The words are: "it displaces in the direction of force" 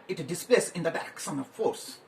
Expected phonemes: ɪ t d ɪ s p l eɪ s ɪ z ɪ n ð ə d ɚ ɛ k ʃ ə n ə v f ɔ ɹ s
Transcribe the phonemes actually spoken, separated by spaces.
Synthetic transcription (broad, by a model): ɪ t d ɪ s p l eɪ s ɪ ɪ n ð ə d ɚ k s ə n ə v f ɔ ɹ s